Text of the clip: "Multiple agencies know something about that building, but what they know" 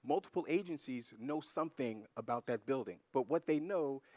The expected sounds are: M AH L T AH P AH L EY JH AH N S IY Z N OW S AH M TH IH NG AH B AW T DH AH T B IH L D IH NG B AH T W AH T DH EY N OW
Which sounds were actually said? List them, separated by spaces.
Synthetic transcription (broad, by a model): M AH L T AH P L EY JH AH N S IY Z N OW S AH M TH IH NG AH B AW T DH AH T B IH L D IH NG B AH T W AH T DH EY N OW